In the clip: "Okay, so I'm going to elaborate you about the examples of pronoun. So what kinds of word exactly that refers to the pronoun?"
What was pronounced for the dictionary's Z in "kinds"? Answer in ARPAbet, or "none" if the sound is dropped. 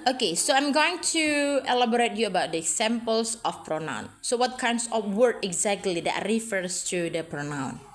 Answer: S